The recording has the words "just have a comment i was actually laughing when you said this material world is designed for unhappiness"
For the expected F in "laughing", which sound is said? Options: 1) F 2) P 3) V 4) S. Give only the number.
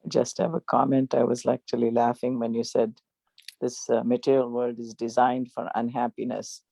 1